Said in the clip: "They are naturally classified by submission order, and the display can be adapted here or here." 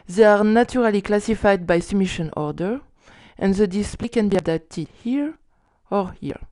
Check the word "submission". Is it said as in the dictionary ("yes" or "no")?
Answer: no